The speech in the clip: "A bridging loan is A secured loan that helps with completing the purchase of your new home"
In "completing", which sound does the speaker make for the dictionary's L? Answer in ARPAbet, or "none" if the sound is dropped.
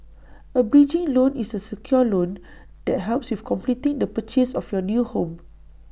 L